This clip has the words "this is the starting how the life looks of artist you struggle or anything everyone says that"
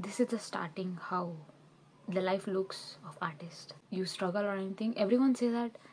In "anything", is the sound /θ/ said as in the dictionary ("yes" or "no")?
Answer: no